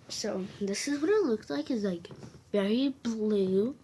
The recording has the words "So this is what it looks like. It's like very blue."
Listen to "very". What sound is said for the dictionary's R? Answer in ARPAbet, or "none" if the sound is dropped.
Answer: R